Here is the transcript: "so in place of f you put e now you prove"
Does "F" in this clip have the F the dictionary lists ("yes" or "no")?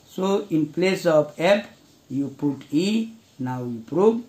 no